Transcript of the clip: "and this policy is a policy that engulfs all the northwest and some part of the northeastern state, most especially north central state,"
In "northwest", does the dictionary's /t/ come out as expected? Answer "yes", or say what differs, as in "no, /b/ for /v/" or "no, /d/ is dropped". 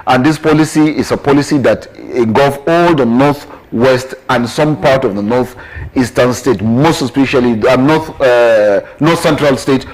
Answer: yes